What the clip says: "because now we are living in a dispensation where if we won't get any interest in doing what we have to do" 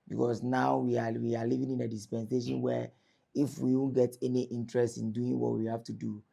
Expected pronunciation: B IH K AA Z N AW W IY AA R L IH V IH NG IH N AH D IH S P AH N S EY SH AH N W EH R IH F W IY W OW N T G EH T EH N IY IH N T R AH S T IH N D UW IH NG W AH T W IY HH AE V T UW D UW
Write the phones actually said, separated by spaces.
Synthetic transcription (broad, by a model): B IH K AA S N AW W IY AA W L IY V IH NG IH N AH D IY S P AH N S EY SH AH N W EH IH F W IY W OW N G EH T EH N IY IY N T R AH S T IH N D UW IH NG W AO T W IY HH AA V T UW D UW